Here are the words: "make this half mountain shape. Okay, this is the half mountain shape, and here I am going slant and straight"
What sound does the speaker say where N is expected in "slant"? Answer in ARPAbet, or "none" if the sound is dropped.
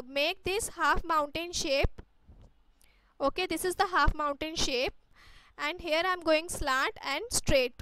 none